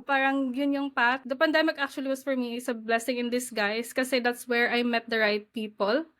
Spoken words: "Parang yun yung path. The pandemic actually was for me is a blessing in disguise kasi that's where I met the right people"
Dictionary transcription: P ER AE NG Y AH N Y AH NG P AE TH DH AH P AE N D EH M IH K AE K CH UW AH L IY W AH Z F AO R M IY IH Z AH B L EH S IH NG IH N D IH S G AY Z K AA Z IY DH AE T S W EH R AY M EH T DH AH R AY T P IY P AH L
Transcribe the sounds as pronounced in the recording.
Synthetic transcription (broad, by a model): P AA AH NG Y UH N Y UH NG P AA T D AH P AE N D EH M IH K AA K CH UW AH L IY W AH S F AO R M IY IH S AH B L EH S IH NG IH N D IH S G AY S K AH S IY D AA T S W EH R AY M EH T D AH R AY T P IY P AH L